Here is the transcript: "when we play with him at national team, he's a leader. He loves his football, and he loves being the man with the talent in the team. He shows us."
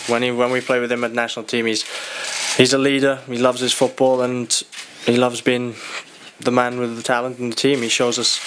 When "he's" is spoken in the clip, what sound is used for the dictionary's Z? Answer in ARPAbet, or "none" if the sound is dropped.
Z